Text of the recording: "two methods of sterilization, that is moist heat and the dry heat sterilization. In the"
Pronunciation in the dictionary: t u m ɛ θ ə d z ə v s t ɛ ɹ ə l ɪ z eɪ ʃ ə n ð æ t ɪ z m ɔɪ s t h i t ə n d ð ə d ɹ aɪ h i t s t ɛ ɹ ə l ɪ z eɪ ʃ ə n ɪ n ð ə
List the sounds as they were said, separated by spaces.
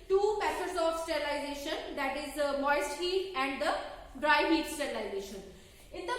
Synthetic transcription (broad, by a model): t u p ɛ s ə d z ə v s t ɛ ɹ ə l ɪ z eɪ ʃ ə n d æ t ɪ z m ɔɪ s t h i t ə n d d ə d ɹ aɪ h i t s t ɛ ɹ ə l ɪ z eɪ ʃ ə n ɪ n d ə